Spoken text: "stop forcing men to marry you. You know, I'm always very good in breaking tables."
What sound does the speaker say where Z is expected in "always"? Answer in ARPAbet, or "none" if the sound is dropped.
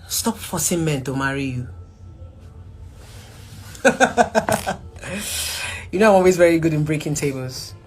Z